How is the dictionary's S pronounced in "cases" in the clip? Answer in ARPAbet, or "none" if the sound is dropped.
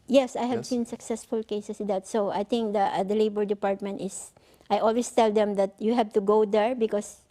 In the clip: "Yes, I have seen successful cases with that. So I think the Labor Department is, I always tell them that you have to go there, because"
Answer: none